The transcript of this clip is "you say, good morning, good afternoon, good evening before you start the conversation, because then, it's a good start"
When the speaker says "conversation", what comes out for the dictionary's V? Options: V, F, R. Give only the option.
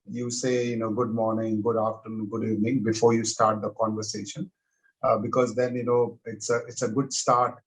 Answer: V